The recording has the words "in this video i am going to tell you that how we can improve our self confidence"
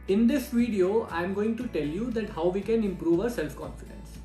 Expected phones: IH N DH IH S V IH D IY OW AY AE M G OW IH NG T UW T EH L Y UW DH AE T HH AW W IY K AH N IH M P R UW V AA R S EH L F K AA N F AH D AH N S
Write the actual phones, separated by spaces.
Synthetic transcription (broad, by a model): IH N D IH S V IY D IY OW AY M G OW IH NG T UW T EH L Y UW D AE T HH AW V IY K AH N IH M P R UW V AA R S EH L F K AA N F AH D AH N S